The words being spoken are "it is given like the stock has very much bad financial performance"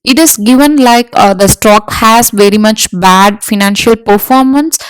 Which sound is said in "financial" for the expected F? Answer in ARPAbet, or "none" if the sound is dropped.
F